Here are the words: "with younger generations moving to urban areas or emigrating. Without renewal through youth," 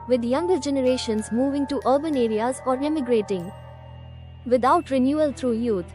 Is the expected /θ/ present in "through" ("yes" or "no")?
no